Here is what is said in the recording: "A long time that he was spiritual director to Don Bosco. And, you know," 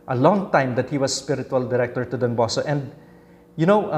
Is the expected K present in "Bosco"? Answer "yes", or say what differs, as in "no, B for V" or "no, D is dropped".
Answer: no, K is dropped